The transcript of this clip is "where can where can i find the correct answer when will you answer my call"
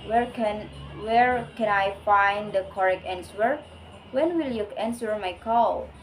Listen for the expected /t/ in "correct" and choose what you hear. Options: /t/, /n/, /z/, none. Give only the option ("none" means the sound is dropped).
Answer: none